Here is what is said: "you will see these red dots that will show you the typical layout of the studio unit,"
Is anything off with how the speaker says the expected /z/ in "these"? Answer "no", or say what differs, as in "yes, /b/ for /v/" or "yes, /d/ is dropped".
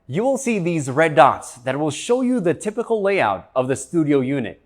no